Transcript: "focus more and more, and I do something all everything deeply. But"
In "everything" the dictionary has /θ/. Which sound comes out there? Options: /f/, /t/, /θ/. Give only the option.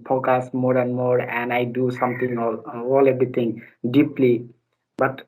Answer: /t/